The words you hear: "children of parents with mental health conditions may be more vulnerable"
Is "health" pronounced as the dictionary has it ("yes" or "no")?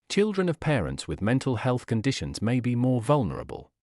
yes